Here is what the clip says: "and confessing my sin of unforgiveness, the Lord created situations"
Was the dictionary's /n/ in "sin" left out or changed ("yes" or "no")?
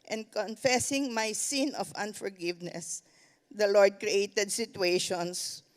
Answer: no